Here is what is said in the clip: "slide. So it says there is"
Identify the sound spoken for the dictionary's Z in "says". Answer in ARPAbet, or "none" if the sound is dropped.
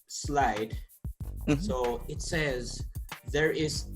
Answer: Z